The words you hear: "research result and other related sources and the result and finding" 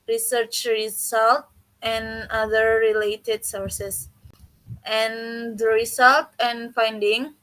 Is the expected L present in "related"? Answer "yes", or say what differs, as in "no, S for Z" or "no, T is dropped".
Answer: yes